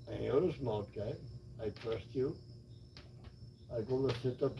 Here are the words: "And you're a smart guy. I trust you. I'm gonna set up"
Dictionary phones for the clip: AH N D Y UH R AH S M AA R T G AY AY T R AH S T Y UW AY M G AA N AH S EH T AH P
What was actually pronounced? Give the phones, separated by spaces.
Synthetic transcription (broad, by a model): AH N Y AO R AH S M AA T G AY AY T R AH S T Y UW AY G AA L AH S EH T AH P